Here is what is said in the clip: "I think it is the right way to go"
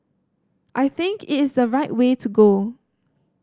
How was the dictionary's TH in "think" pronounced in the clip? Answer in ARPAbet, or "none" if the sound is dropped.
TH